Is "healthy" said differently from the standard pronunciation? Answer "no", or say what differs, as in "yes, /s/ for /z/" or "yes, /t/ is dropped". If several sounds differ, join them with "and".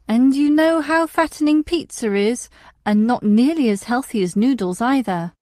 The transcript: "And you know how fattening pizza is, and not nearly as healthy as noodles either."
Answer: no